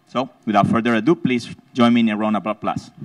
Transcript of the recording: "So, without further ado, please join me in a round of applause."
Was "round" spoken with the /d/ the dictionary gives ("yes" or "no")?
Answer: no